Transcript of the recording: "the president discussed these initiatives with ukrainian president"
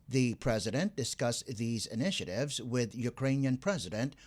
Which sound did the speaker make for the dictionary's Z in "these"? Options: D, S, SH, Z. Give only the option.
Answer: Z